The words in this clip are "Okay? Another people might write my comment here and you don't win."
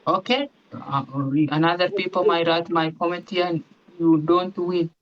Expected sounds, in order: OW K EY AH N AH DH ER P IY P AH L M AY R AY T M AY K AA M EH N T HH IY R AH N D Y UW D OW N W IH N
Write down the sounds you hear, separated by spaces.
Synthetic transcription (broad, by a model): OW K EY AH N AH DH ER P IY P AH M AY R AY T M AY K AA M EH T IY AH N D Y UW D OW N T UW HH